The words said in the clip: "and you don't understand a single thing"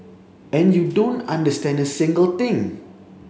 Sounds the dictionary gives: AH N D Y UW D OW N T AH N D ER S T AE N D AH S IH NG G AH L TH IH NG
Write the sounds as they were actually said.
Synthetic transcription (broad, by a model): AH N Y UW D OW N T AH N D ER S T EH N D AH S IH NG G AH L T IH NG